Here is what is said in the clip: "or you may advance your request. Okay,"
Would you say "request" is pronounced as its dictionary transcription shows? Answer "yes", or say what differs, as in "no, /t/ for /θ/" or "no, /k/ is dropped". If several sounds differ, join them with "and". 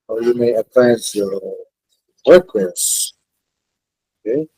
no, /t/ is dropped